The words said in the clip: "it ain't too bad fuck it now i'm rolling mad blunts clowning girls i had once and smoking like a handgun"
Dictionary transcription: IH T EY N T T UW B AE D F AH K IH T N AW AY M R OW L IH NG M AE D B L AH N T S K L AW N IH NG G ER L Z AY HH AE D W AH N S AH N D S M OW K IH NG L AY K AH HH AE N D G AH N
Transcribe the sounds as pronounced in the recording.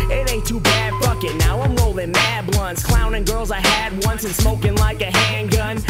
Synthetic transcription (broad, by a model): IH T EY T T UW B AE D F AH K IH T N AW AY M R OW L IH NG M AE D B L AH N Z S K L AW N IH NG G ER L Z AY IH D W AH N S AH N S M OW K IH NG L AY K AH HH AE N G AH N